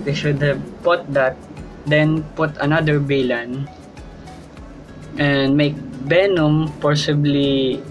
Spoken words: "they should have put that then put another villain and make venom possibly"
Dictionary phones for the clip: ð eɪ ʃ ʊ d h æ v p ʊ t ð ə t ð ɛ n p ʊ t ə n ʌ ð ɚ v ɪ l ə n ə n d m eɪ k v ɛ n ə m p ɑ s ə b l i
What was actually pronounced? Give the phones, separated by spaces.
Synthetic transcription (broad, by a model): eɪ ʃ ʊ d h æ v p ʊ t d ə t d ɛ n p ʊ t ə n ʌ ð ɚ b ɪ l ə n ə n d m eɪ k b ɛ n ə m p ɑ s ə b l i